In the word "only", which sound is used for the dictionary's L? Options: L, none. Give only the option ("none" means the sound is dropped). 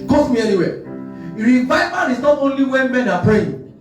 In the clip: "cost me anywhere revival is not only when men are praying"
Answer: L